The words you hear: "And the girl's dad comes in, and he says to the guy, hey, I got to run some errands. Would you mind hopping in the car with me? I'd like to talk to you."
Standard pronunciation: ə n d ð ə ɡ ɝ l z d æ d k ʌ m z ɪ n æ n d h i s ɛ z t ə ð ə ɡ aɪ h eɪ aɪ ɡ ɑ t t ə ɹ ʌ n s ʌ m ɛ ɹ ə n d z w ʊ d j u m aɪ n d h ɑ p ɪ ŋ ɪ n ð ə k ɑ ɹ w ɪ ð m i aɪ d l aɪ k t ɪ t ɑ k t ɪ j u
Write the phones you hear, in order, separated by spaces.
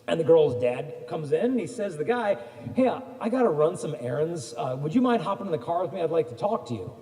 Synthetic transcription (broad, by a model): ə n ð ə ɡ ɝ l z d æ d k ʌ m z ɪ n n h i s ɛ z ð ə ɡ aɪ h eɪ aɪ ɡ ɑ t t ə ɹ ʌ n s ʌ m ɛ ɹ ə n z w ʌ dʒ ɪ m aɪ n d h ɑ p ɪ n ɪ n ð ə k ɑ ɹ w ɪ ð m i aɪ d l aɪ k t ɪ t ɑ k t ɪ j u